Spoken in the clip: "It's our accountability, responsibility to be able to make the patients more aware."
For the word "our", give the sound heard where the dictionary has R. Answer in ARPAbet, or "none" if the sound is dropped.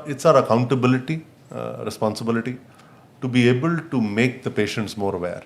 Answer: R